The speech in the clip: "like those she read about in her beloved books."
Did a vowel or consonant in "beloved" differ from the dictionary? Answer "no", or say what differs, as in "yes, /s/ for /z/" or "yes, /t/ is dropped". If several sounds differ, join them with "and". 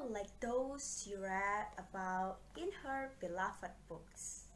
yes, /f/ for /v/